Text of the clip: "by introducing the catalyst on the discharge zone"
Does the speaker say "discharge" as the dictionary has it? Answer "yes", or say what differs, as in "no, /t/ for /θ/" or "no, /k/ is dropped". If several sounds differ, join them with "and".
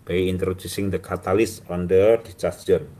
no, /s/ is dropped